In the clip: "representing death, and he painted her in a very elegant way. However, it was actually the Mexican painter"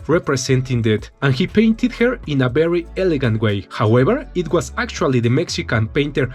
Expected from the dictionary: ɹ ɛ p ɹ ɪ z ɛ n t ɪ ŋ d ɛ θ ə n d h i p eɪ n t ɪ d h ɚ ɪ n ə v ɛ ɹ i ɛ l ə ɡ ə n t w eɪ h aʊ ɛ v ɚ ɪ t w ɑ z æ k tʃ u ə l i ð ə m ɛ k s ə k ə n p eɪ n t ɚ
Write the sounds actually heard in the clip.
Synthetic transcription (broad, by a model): ɹ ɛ p ɹ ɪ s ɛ n t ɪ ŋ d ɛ t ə n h i p eɪ n t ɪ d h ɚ ɪ n ə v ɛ ɹ i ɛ l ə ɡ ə n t w eɪ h aʊ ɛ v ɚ ɪ t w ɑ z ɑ k tʃ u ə l i ð ə m ɛ k s ə k ə n p eɪ n t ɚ